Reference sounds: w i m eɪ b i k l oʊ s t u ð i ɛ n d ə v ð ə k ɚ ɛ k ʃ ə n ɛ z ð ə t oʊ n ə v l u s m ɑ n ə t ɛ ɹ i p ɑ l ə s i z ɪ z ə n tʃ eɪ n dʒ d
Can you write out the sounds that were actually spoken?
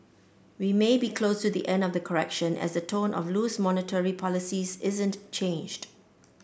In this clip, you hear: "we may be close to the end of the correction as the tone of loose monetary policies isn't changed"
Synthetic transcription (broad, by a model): w i m eɪ b i k l oʊ s t u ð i ɛ n d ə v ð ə k ɚ ɛ k ʃ ə n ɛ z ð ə t oʊ n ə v l u s m ɑ n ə t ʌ ɹ i p ɑ l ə s i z ɪ z ə n tʃ eɪ n dʒ d